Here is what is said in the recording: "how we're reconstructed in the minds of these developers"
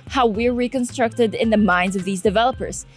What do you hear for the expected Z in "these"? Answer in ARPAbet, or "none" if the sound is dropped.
Z